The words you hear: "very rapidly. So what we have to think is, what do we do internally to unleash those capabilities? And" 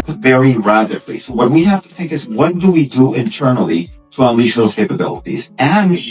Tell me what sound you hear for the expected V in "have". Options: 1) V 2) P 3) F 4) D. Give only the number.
3